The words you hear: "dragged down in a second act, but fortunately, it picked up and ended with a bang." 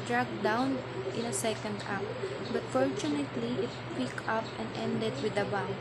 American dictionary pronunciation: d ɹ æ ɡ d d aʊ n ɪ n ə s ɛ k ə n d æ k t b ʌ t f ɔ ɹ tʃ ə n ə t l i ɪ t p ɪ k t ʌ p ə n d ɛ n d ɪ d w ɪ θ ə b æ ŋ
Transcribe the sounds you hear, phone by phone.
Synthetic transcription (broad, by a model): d ɹ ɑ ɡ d d aʊ n ɪ n ə s ɛ k ə n d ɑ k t b ʌ t f ɔ ɹ tʃ ə n ə t l i ɪ t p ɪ k ʌ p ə n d ɛ n d ɪ d w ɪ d ə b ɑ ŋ